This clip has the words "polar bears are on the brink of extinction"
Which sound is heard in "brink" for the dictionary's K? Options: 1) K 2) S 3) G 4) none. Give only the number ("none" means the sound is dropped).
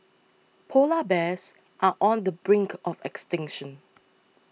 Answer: 1